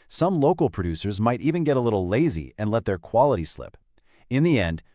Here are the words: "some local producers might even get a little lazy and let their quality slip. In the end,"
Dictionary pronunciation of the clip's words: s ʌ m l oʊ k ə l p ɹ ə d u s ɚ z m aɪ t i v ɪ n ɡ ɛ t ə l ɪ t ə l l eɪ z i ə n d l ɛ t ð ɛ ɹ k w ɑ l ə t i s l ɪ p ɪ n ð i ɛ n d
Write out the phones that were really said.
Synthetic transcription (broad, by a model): s ʌ m l oʊ k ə l p ɹ ə d u s ɚ z m aɪ t i v ɪ n ɡ ɛ t ə l ɪ t l l eɪ z i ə n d l ɛ t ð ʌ ɹ k w ɑ l ə t i s l ɪ p ɪ n ð i ɛ n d